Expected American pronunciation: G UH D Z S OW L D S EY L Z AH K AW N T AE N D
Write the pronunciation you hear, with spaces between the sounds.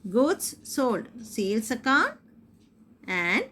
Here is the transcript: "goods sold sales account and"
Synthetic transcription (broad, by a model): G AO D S S OW L D S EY L S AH K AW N AE N D